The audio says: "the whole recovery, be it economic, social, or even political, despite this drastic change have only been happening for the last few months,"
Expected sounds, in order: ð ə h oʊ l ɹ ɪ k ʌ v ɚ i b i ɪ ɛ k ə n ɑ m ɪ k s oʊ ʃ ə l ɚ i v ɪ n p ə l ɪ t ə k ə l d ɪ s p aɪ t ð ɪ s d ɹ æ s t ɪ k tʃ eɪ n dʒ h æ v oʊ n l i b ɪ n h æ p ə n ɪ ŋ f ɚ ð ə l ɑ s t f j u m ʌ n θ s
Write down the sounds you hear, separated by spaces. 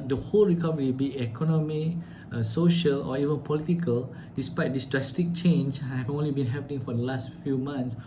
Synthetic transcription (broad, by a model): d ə h oʊ l ɹ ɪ k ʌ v ɚ i b i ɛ k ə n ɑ m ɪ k s oʊ ʃ ə l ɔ i v ɪ n p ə l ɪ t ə k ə l d ɪ s p aɪ t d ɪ s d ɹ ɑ s t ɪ k tʃ eɪ n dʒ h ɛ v oʊ n l i b ɪ n h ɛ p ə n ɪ ŋ f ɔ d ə l ɑ s t f j u m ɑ n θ s